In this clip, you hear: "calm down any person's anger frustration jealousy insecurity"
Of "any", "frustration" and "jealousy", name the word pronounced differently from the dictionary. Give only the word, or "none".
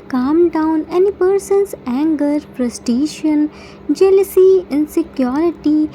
frustration